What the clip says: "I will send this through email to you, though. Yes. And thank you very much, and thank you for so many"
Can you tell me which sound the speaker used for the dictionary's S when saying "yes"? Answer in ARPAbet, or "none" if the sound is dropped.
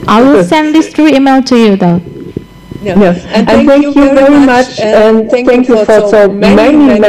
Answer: none